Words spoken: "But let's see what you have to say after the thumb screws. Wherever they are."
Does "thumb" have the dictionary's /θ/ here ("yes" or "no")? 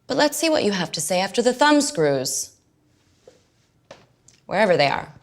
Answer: yes